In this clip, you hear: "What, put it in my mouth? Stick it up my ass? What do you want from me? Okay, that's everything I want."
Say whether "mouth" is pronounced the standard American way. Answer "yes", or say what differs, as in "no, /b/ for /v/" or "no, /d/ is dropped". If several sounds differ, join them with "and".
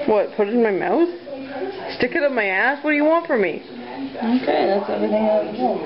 yes